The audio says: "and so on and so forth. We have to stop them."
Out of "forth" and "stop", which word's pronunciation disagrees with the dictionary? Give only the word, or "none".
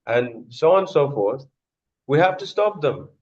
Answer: none